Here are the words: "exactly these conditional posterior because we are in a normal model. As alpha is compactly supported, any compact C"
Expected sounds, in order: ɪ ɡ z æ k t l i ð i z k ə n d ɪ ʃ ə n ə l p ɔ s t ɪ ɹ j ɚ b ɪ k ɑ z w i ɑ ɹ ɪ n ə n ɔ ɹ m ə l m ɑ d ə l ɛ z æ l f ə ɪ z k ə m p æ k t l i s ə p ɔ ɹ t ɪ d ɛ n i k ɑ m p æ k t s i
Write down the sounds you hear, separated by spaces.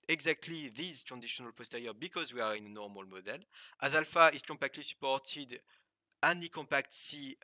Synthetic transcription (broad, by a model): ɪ ɡ z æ k t l i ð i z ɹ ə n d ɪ ʃ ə n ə l p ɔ s t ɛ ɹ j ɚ b ɪ k ɑ z w i ɑ ɹ ɪ n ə n ɔ ɹ m ə l m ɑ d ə l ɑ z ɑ l f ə ɪ z k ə m p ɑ k t l i s ə p ɔ ɹ t ɪ d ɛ n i k ɑ m p æ k t s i